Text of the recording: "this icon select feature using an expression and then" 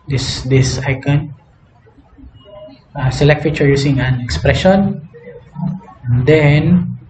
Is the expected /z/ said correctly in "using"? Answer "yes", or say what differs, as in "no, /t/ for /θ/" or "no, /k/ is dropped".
no, /s/ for /z/